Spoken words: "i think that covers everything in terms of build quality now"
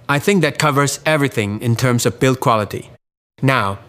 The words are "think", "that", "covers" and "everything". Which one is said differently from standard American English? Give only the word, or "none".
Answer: none